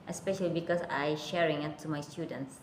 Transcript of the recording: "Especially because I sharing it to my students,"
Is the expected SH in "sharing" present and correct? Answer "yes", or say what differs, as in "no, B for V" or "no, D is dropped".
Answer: yes